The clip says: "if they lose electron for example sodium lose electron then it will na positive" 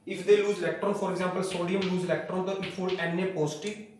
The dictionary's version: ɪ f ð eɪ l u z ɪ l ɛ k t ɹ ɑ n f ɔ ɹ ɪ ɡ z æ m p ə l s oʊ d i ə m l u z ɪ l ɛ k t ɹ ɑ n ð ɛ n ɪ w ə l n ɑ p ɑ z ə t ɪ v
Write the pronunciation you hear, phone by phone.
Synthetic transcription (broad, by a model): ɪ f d eɪ l u z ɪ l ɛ k t ɹ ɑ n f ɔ ɹ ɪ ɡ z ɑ m p ə l s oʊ d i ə m l u z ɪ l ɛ k t ɹ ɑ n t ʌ ɪ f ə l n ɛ p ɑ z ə t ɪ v